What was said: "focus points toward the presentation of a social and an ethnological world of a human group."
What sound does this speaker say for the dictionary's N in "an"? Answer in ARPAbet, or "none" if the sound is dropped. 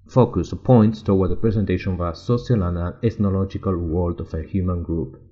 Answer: L